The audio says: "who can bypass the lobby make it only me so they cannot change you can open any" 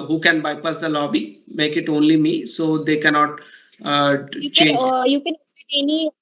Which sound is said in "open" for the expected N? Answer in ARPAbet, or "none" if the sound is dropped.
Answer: none